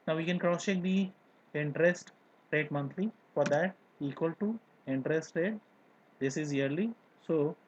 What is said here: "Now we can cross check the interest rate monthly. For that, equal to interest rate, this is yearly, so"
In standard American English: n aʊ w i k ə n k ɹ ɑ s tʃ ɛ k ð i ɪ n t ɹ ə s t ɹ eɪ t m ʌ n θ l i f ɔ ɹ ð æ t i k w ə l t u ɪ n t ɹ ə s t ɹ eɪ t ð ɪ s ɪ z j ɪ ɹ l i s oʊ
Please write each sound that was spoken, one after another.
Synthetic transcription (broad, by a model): n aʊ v i k ə n k ɹ ɑ s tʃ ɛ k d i ɪ n t ɹ ə s t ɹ eɪ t m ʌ n t l i f ɔ ɹ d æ t i k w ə l t u ɪ n t ɹ ə s t ɹ eɪ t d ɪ s ɪ z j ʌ ɹ l i s oʊ